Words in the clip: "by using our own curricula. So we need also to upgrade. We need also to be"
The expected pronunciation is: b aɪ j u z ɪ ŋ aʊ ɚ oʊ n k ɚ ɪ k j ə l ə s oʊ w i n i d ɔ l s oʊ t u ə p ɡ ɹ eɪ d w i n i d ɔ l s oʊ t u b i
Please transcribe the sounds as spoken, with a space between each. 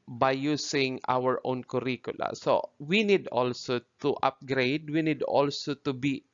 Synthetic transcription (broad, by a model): b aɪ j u s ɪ ŋ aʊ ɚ oʊ n k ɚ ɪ k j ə l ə s oʊ w i n i d ɔ l s oʊ t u ə p ɡ ɹ eɪ d w i n i d ɔ l s oʊ t u b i